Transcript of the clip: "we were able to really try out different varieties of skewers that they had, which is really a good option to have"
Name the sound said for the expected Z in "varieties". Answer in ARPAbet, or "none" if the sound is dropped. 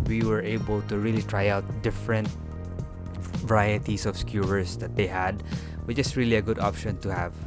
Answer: S